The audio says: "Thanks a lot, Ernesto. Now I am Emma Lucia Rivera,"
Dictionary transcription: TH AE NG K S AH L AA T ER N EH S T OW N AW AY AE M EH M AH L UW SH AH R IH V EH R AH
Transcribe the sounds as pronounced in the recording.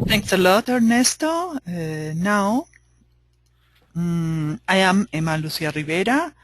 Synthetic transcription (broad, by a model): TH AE NG K S AH L AA T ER N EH S T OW N AW AY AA M EH M AH L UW S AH R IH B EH R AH